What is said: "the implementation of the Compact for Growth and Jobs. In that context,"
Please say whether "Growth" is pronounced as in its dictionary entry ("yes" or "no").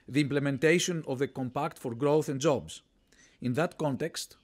yes